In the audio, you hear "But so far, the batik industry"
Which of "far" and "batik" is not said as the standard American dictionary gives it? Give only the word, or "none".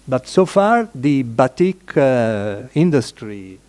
none